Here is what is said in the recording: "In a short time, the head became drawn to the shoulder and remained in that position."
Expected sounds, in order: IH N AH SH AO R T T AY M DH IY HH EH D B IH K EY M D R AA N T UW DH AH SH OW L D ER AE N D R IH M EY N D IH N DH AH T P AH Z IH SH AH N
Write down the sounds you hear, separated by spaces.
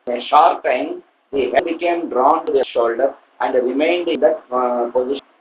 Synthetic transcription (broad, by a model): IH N AH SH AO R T T AY M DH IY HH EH B IH K EY M D R AA N T UW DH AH SH OW L D ER AE N D R IH M EY N D IH N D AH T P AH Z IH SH